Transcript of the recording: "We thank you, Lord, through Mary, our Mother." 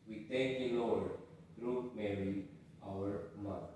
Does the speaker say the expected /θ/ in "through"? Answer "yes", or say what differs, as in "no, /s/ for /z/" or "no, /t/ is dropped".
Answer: no, /t/ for /θ/